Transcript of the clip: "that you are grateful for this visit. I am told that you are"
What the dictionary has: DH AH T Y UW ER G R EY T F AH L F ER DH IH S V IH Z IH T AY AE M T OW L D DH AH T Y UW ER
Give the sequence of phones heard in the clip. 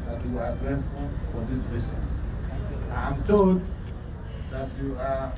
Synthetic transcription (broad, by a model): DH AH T Y UW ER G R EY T F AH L F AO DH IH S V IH S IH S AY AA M T OW L D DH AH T Y UW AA